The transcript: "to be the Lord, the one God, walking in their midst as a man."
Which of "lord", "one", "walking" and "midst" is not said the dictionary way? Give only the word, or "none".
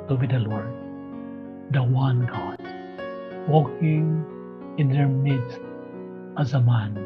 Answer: midst